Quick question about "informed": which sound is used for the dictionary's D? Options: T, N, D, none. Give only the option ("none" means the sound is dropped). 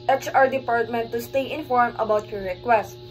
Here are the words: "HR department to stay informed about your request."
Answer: none